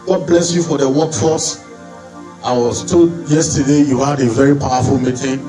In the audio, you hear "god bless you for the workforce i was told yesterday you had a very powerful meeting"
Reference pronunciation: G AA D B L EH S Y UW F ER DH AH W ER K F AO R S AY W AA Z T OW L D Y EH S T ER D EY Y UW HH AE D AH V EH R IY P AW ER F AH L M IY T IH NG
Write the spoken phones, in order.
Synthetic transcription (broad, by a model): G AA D B L EH S Y UW F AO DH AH W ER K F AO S AY W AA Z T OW D Y EH S T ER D EY Y UW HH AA D AH V EH R IY P AW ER F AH L M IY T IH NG